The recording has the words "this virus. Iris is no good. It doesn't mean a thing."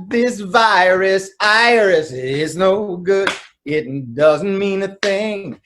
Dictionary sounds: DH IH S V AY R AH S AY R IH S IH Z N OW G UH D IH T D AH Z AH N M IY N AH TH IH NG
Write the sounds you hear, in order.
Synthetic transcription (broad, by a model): DH IH S V AY R AH S AY R IH S IH Z N OW G UH D IH T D AH Z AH N M IY N AH TH IH NG